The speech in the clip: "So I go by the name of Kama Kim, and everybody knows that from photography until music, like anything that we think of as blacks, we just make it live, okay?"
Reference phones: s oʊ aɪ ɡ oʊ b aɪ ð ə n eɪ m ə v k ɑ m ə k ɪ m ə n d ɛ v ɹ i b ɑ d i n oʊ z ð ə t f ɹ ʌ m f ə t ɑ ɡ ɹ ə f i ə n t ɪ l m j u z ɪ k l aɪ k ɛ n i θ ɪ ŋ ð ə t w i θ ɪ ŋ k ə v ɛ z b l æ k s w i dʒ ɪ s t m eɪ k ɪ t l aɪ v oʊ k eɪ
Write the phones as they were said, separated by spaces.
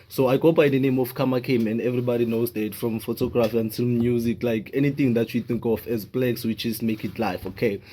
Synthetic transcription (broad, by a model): s oʊ aɪ ɡ oʊ b aɪ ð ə n eɪ m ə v k ɑ m ə k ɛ m ə n d ɛ v ɹ i b ɑ d i n oʊ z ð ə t f ɹ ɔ m f ə t ɑ ɡ ɹ ə f i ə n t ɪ l m j u z ɪ k l aɪ k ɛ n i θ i ŋ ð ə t w i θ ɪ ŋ k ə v ɛ z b l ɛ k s w i tʃ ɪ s m eɪ k ɪ t l aɪ f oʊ k eɪ